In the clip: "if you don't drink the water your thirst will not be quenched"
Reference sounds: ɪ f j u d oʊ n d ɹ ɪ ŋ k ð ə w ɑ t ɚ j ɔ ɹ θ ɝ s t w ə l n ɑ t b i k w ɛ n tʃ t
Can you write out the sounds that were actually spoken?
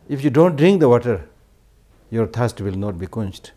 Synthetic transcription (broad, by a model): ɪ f j u d oʊ n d ɹ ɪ ŋ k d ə w ɑ t ɚ j ɔ ɹ t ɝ s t w ə l n ɑ t b i k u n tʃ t